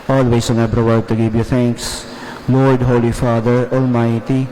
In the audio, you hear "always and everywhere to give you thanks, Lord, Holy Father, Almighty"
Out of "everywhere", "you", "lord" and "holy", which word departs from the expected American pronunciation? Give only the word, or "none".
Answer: everywhere